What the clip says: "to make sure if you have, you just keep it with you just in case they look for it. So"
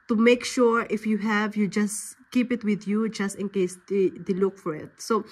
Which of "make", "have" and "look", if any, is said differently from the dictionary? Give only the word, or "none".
none